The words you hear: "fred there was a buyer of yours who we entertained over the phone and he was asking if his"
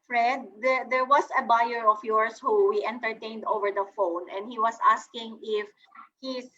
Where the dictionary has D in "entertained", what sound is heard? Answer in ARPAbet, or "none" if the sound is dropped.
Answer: D